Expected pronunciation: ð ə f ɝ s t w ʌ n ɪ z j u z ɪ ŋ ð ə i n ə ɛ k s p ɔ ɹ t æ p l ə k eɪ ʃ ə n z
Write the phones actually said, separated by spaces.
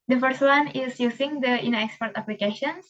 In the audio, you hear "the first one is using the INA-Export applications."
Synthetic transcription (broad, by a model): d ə f ɝ s t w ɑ n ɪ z j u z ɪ ŋ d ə i n ə ɛ k s p ɔ ɹ t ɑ p l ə k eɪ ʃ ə n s